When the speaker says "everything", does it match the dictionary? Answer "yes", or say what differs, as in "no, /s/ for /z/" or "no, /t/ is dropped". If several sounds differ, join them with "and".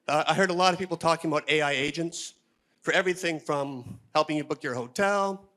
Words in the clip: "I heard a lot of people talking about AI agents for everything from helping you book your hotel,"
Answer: yes